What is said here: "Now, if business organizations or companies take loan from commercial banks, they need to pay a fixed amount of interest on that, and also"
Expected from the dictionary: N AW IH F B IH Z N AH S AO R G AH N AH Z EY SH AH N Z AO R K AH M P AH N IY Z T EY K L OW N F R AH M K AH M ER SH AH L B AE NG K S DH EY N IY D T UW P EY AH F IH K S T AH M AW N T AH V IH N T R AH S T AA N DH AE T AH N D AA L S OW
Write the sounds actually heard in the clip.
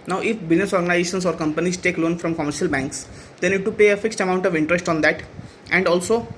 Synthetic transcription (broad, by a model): N AW IH F B IH Z N AH S AO R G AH N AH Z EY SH AH N S AO R K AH M P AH N IY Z T EY K L OW N F R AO M K AH M ER SH AH L B AE NG K S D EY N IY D T UW P EY AH F IH K S T AH M AW N T AH V IH N T R AH S T AA N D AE T AH N D AA L S OW